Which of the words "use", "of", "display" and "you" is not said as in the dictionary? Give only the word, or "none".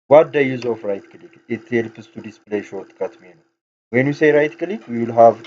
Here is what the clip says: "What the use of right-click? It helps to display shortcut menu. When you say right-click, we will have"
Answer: of